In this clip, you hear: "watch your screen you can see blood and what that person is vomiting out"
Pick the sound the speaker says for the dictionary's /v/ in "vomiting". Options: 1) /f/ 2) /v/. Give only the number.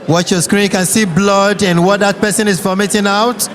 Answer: 1